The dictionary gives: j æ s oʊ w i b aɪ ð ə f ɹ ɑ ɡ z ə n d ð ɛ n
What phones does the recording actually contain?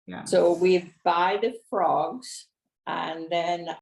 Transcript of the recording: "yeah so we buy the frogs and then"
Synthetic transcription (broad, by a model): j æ s oʊ w i b aɪ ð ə f ɹ ɑ ɡ z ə n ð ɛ n